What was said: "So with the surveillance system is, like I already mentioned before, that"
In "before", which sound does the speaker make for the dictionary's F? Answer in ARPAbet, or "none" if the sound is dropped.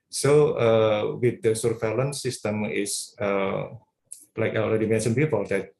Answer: P